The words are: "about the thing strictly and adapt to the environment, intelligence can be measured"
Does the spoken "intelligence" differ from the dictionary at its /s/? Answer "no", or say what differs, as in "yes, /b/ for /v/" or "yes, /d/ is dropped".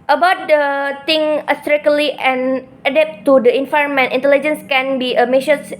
no